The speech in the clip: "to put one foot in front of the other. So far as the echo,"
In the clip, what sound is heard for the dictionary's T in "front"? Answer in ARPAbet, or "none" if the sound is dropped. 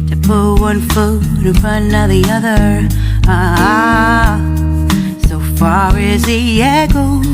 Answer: none